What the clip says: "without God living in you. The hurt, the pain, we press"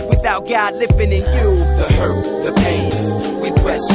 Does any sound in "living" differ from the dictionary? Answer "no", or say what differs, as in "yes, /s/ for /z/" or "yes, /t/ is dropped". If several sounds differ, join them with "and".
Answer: yes, /f/ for /v/